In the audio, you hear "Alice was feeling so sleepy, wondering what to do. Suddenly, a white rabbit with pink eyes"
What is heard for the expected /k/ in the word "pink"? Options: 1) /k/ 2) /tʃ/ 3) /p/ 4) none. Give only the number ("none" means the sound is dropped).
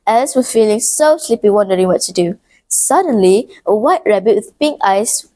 1